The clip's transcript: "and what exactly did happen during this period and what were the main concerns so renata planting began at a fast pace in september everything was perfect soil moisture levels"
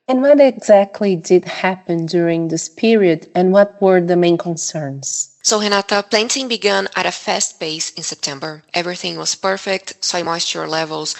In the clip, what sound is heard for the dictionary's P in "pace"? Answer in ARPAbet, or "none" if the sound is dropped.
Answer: B